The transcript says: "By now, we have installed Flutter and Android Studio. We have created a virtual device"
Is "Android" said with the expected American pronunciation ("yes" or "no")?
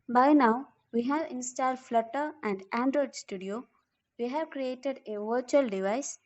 yes